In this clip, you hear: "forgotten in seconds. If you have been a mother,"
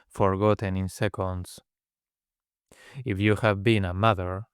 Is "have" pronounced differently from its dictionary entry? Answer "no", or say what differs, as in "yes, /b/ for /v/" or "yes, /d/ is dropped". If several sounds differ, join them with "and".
no